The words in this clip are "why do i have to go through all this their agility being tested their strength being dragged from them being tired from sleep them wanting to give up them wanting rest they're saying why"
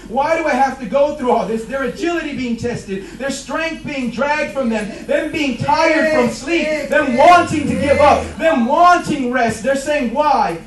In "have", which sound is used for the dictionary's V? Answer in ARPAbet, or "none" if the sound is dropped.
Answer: F